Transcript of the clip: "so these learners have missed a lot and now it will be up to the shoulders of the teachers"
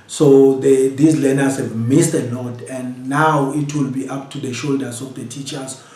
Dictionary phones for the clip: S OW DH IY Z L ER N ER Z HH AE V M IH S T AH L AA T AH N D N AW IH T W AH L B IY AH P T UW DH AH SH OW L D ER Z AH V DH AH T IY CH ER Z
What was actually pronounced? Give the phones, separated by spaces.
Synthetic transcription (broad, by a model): S OW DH IY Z L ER N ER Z HH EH V M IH S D AH N AA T AH N D N AW IH T W AH L B IY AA P T UW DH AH SH OW L D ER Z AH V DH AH T IY CH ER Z